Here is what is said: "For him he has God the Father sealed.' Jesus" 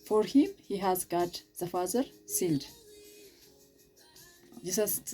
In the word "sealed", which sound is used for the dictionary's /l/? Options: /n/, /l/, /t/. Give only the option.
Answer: /n/